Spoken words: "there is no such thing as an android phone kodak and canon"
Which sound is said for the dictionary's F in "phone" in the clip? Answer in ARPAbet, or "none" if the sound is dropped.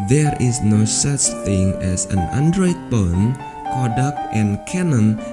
P